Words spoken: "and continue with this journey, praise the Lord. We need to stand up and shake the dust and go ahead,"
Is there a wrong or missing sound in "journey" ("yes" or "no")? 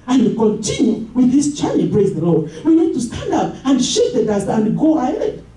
yes